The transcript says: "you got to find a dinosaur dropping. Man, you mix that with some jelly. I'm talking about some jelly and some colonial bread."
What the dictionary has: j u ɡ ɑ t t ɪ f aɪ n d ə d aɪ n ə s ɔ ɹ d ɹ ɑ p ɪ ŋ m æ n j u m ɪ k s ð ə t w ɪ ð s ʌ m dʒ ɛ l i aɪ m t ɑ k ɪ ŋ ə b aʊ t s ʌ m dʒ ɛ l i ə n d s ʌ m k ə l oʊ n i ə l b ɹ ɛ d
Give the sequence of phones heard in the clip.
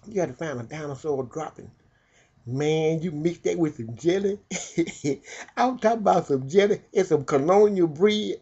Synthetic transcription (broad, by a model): j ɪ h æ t t ɪ f aɪ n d ə d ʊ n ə s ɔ l d ɹ ɑ p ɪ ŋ m æ n j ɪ m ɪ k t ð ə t w ɪ ð s ʌ m dʒ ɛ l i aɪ t ɑ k ə b aʊ t s ʌ m dʒ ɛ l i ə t s ʌ m k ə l oʊ n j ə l b ɹ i